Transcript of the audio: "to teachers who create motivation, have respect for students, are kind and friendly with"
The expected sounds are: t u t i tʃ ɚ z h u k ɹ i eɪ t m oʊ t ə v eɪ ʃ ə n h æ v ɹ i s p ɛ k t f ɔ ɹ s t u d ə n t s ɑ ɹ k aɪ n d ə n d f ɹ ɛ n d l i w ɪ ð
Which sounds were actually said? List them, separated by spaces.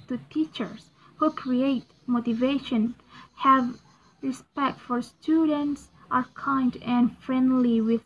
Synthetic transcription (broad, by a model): t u t i tʃ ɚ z h u k ɹ i eɪ t m oʊ t ə v eɪ ʃ ə n h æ v ɹ i s p ɛ k t f ɔ ɹ s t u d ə n t s ɑ ɹ k aɪ n d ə n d f ɹ ɛ n d l i w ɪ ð